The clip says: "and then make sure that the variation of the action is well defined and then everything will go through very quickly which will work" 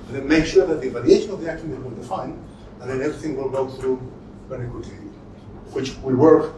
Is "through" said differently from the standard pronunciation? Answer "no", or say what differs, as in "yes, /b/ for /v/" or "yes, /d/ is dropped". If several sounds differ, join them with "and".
no